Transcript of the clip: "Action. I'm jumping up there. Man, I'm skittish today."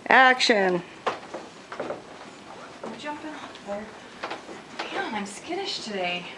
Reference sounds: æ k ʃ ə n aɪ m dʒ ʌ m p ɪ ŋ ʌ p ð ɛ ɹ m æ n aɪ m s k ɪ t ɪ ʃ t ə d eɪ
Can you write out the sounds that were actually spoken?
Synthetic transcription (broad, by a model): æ k ʃ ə n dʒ ʌ m p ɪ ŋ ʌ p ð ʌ ɹ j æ aɪ m s k ɪ t ɪ ʃ t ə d eɪ